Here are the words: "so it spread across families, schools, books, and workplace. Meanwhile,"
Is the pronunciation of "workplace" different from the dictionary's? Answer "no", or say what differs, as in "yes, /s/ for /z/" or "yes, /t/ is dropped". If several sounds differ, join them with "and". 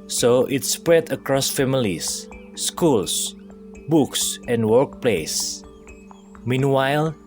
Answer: no